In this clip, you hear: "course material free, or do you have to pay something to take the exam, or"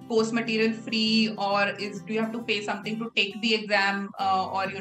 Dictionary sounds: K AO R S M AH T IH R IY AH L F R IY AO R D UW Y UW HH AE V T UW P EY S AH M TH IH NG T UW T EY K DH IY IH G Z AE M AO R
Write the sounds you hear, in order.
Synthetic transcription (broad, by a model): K AO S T M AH T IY R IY AH L F R IY AO R D UW Y UW HH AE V T UW F EY S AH M T IH NG T UW T EY K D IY IH G Z AE M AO R